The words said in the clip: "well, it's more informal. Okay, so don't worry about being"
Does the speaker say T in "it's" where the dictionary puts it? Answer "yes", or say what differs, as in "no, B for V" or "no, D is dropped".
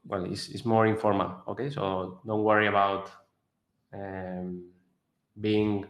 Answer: no, S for T